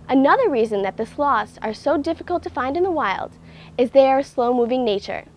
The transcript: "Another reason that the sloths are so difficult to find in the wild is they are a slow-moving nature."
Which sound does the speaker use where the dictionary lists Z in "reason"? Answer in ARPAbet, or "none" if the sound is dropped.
Z